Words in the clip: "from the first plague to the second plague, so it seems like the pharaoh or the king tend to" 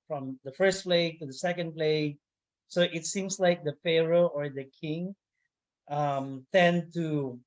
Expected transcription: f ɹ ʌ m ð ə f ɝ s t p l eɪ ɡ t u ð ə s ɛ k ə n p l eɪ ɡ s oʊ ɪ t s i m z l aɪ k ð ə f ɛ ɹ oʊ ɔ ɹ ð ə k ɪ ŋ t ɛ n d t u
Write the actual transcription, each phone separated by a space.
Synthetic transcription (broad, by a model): f ɹ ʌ m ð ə f ɝ s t p l eɪ ɡ t u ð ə s ɛ k ə n p l eɪ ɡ s oʊ ɪ t s i m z l aɪ k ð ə f ɛ ɹ oʊ ɔ ɹ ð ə k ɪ ŋ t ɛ n t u